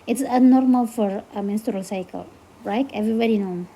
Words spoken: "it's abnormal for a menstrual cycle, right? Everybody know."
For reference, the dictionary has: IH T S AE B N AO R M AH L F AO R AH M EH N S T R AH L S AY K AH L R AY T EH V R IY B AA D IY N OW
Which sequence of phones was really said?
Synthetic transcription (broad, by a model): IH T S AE N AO R M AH L F AO R AH M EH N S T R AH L S AY K AH L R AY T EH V R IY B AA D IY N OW